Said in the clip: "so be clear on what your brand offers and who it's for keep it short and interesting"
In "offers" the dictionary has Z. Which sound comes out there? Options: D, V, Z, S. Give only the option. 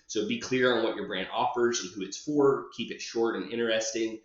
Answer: Z